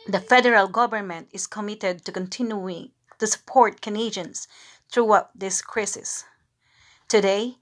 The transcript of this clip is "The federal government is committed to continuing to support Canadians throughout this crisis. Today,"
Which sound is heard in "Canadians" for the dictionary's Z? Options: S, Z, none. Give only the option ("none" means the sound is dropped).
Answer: S